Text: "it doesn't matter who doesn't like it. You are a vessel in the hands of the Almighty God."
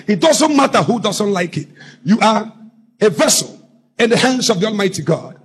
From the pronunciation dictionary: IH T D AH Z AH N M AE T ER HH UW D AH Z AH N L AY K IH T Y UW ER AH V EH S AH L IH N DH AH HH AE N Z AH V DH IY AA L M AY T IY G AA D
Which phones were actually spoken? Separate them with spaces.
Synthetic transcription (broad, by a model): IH T D AH Z AH N M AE T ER HH UW D AH Z AH N L AY K IH T Y UW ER AH V EH S AH L IH N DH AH HH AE N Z AH V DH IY AA L M AY T IY G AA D